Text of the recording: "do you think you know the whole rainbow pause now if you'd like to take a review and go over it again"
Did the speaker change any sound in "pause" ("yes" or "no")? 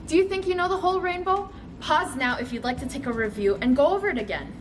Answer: no